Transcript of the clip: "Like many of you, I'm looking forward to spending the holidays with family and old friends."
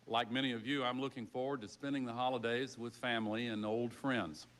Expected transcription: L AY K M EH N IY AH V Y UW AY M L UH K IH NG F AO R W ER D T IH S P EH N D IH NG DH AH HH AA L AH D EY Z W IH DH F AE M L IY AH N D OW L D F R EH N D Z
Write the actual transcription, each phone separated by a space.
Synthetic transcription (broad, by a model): L AY K M EH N IY AH V Y UW AY M L UH K IH NG F AO R W ER D T IH S P EH N D IH NG DH AH HH AA L AH D EY Z W IH DH F AE M L IY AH N OW L D F R EH N D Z